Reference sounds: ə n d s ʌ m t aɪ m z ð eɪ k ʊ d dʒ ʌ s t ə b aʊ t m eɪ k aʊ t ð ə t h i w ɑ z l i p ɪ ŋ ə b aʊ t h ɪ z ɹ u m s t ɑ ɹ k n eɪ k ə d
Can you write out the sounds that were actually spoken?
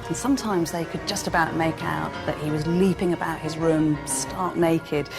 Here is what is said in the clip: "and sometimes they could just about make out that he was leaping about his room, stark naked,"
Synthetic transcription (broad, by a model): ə n s ʌ m t aɪ m z ð eɪ k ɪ d dʒ ʌ s t ə b aʊ t m eɪ k aʊ t ð ə t h i w ɑ z l i p ɪ ŋ ə b aʊ t h ɪ z ɹ u m s t ɑ ɹ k n eɪ k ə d